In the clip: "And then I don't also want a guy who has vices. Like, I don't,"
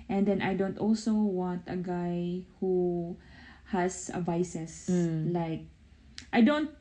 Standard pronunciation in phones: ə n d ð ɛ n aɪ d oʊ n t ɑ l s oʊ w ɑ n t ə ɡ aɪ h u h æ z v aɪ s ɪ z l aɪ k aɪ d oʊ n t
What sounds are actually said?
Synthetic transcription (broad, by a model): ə n d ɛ n aɪ d oʊ n t ɑ l s oʊ w ɑ n t ə ɡ aɪ h u h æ s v aɪ s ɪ s l aɪ k aɪ d oʊ n t